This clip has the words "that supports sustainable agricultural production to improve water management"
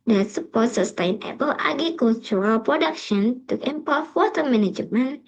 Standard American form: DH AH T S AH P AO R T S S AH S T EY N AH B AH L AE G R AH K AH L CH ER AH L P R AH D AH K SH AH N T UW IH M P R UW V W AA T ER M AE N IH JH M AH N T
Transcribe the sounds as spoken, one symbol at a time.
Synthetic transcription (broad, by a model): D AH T S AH P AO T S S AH S T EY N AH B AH L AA G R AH K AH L CH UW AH L P R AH D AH K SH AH N T UW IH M P UW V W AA T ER M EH N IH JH M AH N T